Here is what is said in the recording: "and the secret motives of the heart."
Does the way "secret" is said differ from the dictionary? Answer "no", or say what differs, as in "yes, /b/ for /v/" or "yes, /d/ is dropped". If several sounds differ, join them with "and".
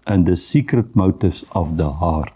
no